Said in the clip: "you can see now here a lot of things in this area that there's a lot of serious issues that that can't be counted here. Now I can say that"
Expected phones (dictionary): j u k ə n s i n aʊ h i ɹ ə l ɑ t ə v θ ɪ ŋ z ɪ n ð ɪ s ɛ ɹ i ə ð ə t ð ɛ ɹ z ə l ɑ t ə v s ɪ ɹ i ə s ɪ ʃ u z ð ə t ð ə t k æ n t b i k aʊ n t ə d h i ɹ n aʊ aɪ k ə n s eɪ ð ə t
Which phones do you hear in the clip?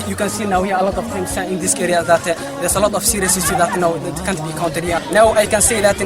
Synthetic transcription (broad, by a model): j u k ə n s i n aʊ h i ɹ ə l ɑ t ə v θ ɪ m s ɪ n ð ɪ s ɛ ɹ i ə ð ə t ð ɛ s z ə l ɑ t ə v s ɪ ɹ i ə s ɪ s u ð ə t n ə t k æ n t b i k aʊ n t ə d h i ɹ n aʊ aɪ k ə n s eɪ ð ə t